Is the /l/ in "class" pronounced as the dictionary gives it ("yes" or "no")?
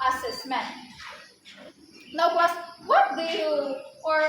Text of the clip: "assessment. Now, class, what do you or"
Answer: no